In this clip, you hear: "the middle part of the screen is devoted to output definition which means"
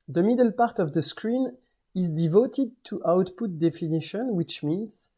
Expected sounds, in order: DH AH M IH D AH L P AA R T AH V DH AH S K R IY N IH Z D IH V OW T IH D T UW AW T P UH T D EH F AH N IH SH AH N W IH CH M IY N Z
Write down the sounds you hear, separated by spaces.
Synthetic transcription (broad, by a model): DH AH M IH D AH L P AA R T AH V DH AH S K R IY N IH Z D IH V OW T IH D T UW AW T P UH T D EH F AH N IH SH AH N W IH CH M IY N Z